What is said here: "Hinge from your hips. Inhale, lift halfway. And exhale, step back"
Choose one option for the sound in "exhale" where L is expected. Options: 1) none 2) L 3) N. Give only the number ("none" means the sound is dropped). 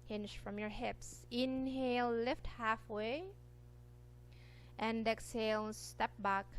2